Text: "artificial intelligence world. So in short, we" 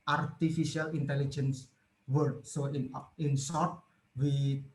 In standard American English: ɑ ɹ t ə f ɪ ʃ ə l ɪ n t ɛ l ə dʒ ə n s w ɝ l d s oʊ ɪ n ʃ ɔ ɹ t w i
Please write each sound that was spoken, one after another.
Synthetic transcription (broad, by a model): ɑ ɹ t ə f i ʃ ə l ɪ n t ɛ l ə dʒ ə n s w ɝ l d s oʊ ɪ n s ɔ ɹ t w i